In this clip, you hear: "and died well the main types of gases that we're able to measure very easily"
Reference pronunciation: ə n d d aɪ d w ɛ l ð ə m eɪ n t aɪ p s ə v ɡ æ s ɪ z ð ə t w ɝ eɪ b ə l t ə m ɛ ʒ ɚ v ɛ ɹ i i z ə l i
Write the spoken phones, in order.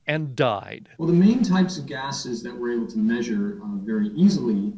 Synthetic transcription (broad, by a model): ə n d d aɪ d w ɛ l ð ə m eɪ n t aɪ p s ə v ɡ æ s ɪ z ð ə t w ɝ eɪ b l t ə m ɛ ʒ ɚ v ɛ ɹ i i z l i